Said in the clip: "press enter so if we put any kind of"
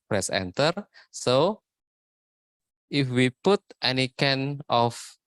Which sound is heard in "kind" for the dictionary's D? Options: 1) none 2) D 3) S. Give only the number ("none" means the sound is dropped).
1